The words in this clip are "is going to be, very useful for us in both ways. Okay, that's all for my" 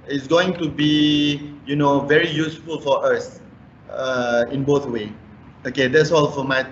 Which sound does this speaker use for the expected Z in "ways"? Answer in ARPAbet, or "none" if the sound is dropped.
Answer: none